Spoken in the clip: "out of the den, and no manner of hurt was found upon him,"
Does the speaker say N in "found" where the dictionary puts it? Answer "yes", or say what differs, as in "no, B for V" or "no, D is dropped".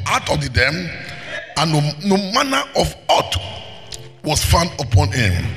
yes